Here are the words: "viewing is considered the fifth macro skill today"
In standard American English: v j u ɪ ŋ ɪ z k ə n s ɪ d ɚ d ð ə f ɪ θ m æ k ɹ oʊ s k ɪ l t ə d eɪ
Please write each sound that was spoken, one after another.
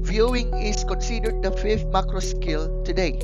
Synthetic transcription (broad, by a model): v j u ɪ ŋ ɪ s k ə n s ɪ d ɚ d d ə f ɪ f m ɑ k ɹ oʊ s k ɪ l t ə d eɪ